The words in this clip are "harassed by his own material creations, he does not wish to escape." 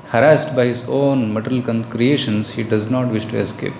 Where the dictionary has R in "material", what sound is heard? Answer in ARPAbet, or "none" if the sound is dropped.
L